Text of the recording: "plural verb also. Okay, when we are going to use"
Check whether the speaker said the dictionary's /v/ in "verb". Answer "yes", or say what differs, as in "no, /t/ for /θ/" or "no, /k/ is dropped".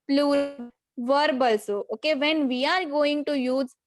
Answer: yes